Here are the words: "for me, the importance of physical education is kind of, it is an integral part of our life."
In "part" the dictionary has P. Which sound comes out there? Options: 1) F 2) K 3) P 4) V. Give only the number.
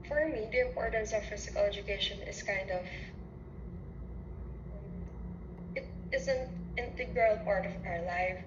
3